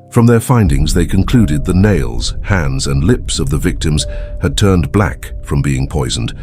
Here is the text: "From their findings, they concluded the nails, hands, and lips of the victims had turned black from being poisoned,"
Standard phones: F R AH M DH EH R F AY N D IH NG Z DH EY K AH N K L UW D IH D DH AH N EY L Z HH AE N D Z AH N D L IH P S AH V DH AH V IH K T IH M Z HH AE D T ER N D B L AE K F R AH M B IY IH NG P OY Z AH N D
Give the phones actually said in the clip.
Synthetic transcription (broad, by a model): F R AH M DH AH R F AY N D IH NG Z DH EY K AH N K L UW D IH D DH AH N EY L Z HH AE N D Z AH N L IH P S AH V DH AH V IH K T IH M Z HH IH D T ER N B L AE K F R AH M B IY IH NG P OY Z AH N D